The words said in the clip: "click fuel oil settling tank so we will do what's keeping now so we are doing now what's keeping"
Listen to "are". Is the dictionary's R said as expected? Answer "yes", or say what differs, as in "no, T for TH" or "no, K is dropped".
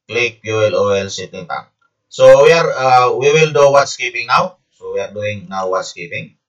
yes